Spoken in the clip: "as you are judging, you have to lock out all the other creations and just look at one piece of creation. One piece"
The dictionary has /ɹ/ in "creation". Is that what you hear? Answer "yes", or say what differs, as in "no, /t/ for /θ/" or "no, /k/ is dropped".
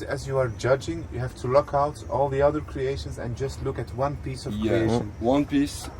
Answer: no, /ɹ/ is dropped